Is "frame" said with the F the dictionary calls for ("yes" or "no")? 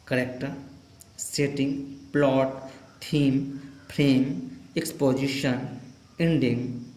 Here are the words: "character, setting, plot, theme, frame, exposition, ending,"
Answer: no